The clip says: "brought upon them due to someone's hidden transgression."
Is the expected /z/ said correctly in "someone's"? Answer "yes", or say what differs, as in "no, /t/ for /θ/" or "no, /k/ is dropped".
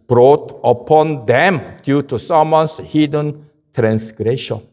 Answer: no, /s/ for /z/